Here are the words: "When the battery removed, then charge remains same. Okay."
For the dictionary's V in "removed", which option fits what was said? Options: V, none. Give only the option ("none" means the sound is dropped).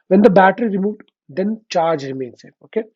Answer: V